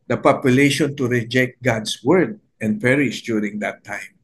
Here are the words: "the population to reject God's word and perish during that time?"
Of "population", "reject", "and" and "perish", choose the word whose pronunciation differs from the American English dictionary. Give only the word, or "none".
none